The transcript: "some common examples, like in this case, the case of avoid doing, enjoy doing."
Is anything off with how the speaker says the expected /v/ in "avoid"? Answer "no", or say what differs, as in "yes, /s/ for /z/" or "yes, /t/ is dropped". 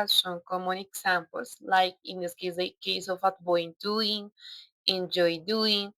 yes, /b/ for /v/